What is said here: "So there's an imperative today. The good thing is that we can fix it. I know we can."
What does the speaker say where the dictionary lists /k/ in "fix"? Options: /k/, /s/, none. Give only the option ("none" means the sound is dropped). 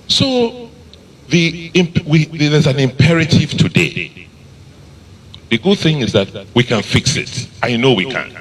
/k/